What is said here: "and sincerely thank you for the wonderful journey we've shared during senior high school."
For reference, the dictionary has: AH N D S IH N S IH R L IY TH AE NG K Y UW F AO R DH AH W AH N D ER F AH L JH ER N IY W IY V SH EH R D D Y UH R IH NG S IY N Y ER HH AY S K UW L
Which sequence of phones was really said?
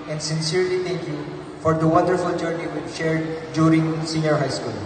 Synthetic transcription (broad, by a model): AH N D S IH N S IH R L IY T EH NG K Y UW F AO R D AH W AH N D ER F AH L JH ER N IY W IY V SH EH R D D Y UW R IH NG S IY N Y ER HH AY S K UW L